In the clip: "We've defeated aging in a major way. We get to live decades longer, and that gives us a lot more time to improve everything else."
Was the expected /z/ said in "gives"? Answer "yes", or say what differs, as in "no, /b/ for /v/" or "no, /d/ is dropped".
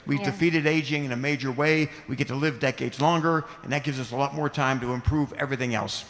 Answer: yes